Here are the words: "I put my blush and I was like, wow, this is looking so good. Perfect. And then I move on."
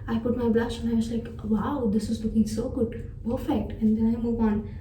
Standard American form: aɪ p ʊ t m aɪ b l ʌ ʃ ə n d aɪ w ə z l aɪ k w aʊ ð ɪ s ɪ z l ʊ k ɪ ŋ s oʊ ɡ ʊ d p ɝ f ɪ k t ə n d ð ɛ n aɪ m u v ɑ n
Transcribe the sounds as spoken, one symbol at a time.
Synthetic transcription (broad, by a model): aɪ p ʊ t m aɪ b l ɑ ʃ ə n aɪ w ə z l aɪ k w aʊ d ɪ s ɪ z l ʊ k ɪ ŋ s oʊ ɡ ʊ d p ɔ f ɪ t ə n d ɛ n aɪ m u v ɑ n